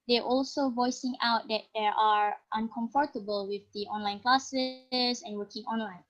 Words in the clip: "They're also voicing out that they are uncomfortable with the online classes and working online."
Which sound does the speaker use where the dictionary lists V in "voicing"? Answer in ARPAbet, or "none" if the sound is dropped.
V